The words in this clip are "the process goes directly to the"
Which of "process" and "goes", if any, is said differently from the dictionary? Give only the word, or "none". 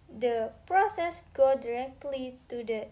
goes